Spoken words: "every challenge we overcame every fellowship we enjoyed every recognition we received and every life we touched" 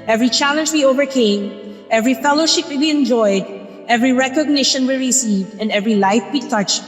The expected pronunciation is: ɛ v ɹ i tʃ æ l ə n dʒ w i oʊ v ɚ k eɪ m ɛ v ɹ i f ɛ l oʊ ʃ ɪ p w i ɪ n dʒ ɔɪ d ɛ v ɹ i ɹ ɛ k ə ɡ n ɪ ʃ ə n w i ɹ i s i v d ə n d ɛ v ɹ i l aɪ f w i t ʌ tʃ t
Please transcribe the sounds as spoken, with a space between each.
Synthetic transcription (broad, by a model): ɛ v ɹ i tʃ æ l ə n dʒ w i oʊ v ɚ k eɪ m ɛ v ɹ i f ɛ l oʊ ʃ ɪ p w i ɪ n dʒ ɔɪ d ɛ v ɹ i ɹ ɛ k ə ɡ n ɪ ʃ ə n w i ɹ i s i v d ə n d ɛ v ɹ i l aɪ f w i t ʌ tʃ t